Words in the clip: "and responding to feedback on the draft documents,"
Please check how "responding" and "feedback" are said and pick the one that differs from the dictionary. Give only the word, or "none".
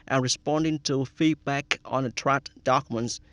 none